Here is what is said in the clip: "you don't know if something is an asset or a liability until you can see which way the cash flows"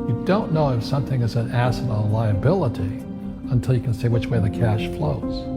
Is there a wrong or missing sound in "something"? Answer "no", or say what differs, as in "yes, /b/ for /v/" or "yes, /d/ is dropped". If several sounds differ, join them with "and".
no